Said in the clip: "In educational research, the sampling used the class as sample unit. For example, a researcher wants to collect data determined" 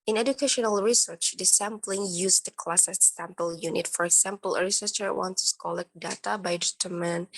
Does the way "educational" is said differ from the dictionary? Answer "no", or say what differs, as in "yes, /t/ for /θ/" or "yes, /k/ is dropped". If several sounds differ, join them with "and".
no